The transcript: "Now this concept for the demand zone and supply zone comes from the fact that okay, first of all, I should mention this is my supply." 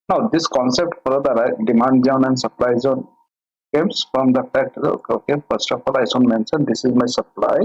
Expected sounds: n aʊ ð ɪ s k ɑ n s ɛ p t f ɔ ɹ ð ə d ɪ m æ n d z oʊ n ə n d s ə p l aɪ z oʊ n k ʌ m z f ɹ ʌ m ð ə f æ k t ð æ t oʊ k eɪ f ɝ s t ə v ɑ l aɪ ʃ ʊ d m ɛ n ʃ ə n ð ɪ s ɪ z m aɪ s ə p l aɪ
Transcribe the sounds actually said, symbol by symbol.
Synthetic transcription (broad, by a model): n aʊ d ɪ s k ɑ n s ɛ p t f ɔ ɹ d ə d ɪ m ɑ n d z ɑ n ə n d s ə p l aɪ z oʊ n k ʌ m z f ɹ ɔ m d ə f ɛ k t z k oʊ k eɪ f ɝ s t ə f ɑ l aɪ s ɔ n m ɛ n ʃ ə n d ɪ s ɪ z m aɪ s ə p l aɪ